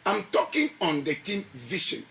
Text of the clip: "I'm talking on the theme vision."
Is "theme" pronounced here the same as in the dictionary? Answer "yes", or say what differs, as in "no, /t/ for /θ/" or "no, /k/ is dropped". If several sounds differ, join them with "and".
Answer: no, /t/ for /θ/